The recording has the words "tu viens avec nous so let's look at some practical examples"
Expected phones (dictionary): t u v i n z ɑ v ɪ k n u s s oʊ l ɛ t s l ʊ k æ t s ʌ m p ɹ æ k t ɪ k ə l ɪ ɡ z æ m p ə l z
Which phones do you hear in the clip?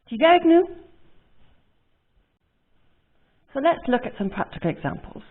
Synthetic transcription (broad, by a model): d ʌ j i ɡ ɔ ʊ ɪ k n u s s oʊ l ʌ t s l ʊ k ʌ t s ʌ m p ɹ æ k t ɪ k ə l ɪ ɡ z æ m p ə l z